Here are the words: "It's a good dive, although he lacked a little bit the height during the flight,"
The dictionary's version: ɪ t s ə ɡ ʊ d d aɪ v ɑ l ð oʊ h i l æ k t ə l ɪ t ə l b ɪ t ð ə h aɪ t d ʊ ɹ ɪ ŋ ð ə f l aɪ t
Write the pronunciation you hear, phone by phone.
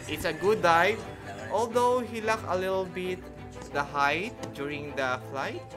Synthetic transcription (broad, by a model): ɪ t s ə ɡ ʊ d d aɪ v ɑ l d oʊ h i l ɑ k ə l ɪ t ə l b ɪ t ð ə h aɪ t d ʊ ɹ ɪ ŋ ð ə f l aɪ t